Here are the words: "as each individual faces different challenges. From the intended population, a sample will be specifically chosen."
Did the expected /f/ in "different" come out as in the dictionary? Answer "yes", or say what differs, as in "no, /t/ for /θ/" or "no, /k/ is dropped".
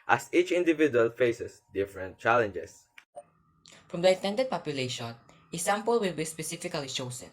yes